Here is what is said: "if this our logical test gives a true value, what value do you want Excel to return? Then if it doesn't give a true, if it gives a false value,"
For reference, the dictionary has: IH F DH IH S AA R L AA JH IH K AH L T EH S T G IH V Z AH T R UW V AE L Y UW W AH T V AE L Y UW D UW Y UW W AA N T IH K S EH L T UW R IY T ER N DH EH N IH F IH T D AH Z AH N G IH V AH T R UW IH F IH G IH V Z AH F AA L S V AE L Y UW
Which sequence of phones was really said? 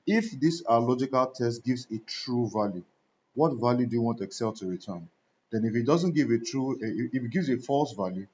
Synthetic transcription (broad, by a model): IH F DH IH S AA L AA JH IH K AH L T EH S T G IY V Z AH T R UW V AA L Y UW W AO T V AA L Y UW D UW Y UW W AA N T IH K S EH L T UW R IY T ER N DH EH N IH F IH T D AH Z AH N G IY V AH T R UW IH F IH G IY V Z AH F AA L S V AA L Y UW